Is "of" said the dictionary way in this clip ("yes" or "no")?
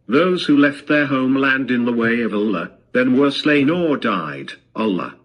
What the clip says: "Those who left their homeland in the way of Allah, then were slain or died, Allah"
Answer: yes